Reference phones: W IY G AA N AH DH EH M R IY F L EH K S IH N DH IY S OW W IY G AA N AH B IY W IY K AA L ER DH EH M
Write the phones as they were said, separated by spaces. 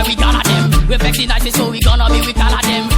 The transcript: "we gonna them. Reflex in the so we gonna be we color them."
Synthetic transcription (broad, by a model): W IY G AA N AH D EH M W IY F EH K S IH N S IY S OW W IY G AA N AH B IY W IY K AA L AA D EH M